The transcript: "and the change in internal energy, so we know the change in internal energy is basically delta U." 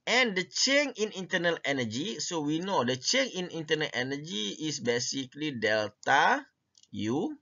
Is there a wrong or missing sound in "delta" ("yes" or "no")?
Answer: no